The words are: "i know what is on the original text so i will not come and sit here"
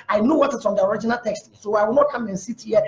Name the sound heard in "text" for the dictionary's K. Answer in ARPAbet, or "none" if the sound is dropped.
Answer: K